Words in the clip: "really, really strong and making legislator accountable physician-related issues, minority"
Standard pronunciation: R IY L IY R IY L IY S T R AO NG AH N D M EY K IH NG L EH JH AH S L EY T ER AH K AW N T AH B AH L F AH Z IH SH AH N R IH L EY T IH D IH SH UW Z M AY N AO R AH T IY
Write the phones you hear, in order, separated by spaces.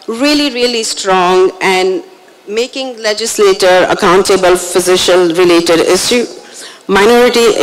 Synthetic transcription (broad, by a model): R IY L IY R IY L IY S T R AO NG AH N D M EY K IH NG L EH JH AH S L EY T ER AH K AW N T AH B AH L F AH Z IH SH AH L R IH L EY T IH D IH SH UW M AY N AO R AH T IY